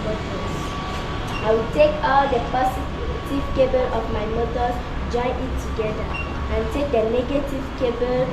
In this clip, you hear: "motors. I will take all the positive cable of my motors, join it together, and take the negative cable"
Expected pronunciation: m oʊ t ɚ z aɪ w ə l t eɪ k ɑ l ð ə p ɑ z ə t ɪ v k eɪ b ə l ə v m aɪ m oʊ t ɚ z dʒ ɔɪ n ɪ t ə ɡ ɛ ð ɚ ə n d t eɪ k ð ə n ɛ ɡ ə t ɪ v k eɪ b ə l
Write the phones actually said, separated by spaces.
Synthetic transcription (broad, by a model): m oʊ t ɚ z aɪ w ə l t eɪ k ɑ l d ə p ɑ s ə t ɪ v k eɪ b ə l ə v m aɪ m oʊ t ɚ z dʒ ɔɪ n ɪ t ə ɡ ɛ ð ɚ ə n t eɪ k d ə n ɛ ɡ ə t ɪ v k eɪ b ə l